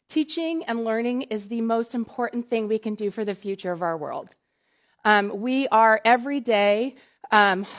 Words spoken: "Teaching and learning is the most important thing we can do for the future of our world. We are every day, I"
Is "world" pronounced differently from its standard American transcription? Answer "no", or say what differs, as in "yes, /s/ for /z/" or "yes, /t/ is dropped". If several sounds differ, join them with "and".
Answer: no